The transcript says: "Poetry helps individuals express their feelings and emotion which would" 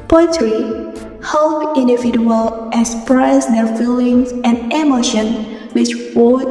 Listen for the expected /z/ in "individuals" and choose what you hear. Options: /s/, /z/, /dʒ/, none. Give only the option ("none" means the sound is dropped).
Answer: none